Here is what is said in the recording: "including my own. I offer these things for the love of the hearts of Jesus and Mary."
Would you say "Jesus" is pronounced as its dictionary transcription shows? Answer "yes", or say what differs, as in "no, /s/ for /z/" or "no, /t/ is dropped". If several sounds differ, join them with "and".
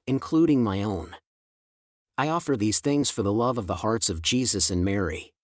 yes